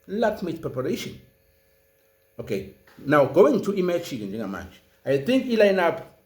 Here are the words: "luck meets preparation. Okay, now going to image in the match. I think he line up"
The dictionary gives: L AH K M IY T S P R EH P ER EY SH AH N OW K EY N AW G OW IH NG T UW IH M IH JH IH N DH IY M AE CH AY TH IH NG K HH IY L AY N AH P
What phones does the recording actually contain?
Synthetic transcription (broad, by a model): L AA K M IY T P R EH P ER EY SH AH N OW K EY N AW G OW IH NG T UW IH M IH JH IH N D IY M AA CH AY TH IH NG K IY L AY N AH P